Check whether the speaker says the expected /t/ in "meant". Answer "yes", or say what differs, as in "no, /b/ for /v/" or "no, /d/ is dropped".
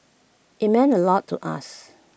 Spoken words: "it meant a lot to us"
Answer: no, /t/ is dropped